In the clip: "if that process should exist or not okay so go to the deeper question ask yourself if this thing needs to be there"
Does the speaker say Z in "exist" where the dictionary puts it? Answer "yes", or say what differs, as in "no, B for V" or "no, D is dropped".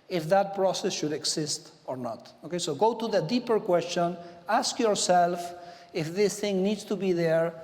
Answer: no, S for Z